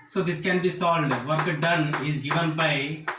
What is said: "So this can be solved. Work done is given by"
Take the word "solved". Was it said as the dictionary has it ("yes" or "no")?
no